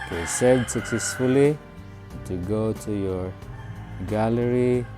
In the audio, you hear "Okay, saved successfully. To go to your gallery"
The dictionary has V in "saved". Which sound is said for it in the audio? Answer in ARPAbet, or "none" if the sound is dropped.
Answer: none